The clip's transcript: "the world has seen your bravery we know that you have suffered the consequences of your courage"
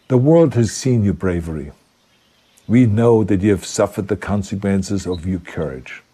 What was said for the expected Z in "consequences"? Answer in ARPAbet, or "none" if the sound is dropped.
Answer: Z